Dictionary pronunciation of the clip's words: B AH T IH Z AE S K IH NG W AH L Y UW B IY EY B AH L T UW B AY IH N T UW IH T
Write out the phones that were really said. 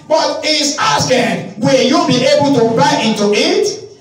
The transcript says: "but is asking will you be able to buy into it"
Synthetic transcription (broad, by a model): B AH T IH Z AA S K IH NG W AH L Y UW B IY EY B AH L T UW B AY IH N T UW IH T